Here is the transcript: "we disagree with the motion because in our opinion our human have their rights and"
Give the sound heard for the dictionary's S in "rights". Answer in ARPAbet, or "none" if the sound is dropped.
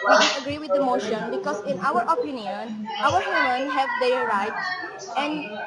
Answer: none